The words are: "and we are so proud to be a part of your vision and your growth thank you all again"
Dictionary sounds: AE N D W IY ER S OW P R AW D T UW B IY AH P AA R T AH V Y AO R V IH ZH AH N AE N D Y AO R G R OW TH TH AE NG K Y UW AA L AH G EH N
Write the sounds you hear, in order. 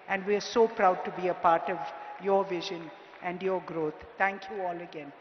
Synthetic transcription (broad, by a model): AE N D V IY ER S OW P R AW D T UW B IY AH P AA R T AH V Y AO R V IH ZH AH N AE N D Y AO R G R OW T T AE NG K Y UW AA L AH G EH N